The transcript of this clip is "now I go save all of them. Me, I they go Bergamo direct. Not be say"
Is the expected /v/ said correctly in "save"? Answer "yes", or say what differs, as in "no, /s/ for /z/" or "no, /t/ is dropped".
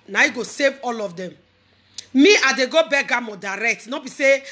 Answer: yes